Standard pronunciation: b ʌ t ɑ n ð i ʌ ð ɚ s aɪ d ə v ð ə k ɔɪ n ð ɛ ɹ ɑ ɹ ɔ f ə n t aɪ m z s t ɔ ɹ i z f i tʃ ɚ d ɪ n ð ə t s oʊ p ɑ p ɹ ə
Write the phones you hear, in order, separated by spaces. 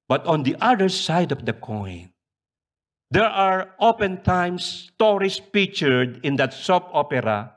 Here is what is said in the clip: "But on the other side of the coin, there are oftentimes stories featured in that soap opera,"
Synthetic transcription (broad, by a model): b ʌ t ɑ n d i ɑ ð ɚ s aɪ d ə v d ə k ɔɪ n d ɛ ɹ ɑ ɹ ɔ p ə n t aɪ m s t ɔ ɹ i s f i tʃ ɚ d ɪ n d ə t s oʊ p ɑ p ɹ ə